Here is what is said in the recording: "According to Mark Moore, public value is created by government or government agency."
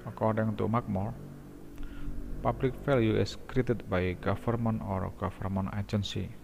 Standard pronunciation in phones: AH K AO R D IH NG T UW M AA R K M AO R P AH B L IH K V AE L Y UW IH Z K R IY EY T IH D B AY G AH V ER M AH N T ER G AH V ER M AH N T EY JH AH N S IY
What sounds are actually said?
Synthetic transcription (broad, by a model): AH K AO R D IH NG T UW M AA K M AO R P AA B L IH K F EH L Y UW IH S K R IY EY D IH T B AY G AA F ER M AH N T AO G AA F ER M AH N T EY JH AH N S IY